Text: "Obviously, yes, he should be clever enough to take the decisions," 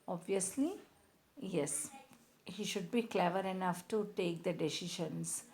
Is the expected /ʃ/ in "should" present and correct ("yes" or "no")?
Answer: yes